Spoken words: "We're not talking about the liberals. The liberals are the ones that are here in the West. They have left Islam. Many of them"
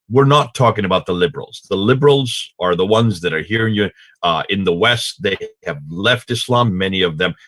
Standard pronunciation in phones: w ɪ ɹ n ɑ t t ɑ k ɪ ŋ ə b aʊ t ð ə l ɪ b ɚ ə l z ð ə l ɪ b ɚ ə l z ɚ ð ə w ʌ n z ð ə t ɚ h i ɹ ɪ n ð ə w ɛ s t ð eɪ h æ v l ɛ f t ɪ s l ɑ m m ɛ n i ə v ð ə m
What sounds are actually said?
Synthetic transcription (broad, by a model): w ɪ ɹ n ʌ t t ɑ k ɪ ŋ ə b aʊ t ð ə l ɪ b ɚ l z ð ə l ɪ b ɚ l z ɚ ð ə w ʌ n z ð ə t ɚ h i ɹ ɪ n ð ə w ɛ s t ð eɪ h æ v l ɛ f t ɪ s l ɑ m m ɛ n i ə v ð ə m